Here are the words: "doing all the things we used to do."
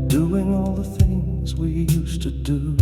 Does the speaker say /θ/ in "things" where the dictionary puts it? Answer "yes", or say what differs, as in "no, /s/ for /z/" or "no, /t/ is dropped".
yes